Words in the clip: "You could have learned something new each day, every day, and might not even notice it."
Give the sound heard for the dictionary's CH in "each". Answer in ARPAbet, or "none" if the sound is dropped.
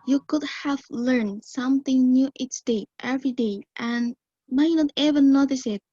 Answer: S